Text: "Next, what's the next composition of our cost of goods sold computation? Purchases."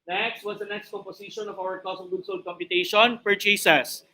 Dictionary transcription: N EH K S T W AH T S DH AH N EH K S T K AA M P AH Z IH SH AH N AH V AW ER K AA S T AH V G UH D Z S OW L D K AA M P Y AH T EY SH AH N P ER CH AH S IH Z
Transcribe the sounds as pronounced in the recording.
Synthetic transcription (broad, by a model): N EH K S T W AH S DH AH N EH K S T K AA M P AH S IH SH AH N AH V AW ER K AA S AH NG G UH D S OW L D K AA M P Y AH T EY SH AH N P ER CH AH S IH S